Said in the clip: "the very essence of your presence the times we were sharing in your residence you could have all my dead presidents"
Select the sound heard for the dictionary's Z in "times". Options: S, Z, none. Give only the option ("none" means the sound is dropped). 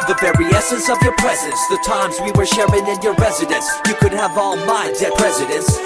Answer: Z